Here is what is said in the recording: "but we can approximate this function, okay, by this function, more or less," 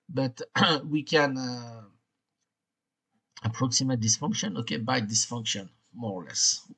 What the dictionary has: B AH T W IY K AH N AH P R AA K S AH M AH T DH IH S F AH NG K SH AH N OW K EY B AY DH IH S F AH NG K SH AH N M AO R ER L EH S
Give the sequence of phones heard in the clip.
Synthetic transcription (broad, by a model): B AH T W IY K AH N AH P R AA K S AH M AH T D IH S F AH NG K SH AH N OW K EY B AY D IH S F AH NG K SH AH N M AO R L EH S